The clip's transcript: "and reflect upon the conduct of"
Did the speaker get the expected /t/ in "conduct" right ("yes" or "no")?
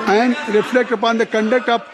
no